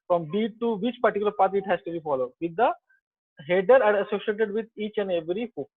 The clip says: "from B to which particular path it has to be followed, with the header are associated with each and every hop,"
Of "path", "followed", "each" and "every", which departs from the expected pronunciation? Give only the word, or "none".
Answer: path